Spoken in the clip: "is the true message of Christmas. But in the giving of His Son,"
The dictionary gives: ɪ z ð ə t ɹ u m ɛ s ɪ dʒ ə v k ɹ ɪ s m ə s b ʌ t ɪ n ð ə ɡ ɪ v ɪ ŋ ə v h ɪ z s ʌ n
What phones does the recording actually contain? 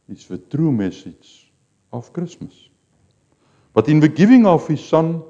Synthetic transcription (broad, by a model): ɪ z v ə t ɹ u m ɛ s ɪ z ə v k ɹ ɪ s m ə s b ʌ t ɪ n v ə ɡ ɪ v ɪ ŋ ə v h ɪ s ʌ n